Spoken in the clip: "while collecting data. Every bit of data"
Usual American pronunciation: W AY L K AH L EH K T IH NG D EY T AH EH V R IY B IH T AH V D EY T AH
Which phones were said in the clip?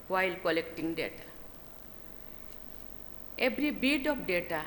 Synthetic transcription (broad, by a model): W AY L K AH L EH K T IH NG D EY T AH EH B R IY B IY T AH P D EY T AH